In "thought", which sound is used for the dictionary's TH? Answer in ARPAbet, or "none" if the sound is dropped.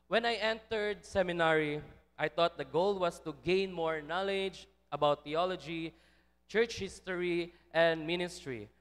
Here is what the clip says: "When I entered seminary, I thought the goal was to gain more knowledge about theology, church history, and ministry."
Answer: T